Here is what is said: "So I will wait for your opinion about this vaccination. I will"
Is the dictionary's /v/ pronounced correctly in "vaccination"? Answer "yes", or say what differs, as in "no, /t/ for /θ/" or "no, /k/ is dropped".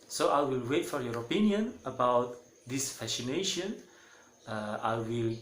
no, /f/ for /v/